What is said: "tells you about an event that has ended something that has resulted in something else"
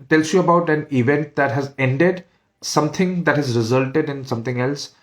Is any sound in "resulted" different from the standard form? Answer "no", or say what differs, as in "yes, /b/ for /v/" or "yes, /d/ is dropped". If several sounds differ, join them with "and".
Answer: no